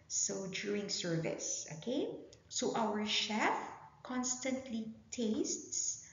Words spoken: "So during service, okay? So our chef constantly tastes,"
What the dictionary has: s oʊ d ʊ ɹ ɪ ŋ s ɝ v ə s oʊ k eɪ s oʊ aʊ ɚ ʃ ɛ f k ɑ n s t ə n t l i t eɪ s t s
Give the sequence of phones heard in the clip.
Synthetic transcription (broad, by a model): s oʊ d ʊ ɹ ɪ ŋ s ɝ v ə s oʊ k eɪ s oʊ aʊ ɚ ʃ ɛ f k ɑ n s t ə n t l i t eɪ s t s